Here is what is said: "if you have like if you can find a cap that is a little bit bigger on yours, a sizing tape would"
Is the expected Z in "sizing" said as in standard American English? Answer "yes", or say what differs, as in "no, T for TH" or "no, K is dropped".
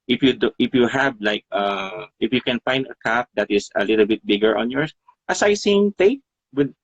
no, S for Z